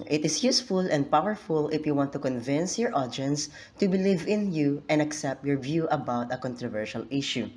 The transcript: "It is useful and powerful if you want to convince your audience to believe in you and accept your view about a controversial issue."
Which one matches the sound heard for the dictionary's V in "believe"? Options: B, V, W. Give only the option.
V